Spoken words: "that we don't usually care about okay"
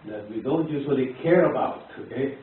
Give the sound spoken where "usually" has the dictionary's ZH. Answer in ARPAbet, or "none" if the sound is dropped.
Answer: S